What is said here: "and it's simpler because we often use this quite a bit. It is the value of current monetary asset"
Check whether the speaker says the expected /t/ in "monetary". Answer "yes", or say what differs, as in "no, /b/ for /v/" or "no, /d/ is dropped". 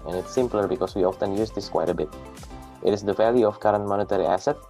yes